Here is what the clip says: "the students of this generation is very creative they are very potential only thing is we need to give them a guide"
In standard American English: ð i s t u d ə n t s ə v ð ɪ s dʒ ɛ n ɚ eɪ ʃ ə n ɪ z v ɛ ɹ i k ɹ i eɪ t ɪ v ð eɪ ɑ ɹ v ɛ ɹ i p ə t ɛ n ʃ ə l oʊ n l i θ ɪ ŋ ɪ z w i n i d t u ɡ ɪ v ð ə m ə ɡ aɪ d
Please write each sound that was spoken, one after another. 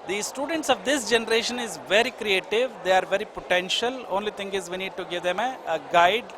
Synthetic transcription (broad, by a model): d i s t u d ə n t s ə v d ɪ s dʒ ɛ n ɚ eɪ ʃ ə n ɪ z v ɛ ɹ i k ɹ i eɪ t ɪ v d eɪ ɑ ɹ v ɛ ɹ i p ə t ɛ n ʃ ə l oʊ n l i t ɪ ŋ ɪ z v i n i d t u ɡ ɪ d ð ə m ə ɡ aɪ d